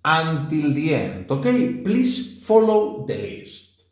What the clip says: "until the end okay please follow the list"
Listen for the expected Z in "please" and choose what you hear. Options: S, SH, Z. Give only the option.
S